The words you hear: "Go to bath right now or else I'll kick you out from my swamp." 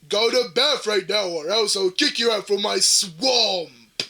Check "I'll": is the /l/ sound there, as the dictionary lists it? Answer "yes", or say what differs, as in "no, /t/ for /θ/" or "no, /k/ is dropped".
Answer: no, /w/ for /l/